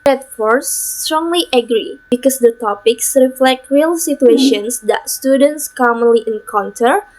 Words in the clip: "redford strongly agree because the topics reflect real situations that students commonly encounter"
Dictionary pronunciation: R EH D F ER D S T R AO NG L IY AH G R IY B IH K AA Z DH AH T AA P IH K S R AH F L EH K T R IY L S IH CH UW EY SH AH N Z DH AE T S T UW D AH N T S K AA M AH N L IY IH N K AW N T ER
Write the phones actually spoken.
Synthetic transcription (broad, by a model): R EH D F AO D S T R AO NG L IY AH G R IY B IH K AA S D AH T AA P IH K S R AH F L EH K T R IY L S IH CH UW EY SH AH N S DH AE T S T UW D AH N T S K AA M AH N L IY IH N K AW N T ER